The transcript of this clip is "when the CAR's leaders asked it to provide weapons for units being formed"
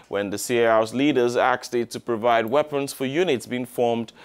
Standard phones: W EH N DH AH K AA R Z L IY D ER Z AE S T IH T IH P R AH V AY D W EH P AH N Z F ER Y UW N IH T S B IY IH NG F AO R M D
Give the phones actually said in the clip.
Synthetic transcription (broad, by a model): W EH N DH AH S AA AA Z L IY D ER Z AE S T IH T IH P R AH V AY D W EH P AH N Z F ER Y UW N IH T S B IY IH NG F AO R M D